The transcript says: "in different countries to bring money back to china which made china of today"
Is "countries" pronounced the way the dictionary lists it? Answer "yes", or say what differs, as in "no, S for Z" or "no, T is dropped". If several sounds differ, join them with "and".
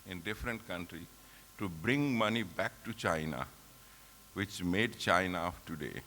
no, Z is dropped